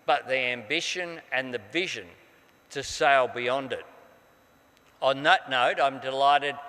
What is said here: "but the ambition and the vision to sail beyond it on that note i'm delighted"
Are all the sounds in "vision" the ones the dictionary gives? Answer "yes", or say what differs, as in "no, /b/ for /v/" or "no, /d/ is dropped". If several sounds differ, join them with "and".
yes